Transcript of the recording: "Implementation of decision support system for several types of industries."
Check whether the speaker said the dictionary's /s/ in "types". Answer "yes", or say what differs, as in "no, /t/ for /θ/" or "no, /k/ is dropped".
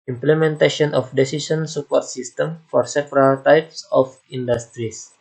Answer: yes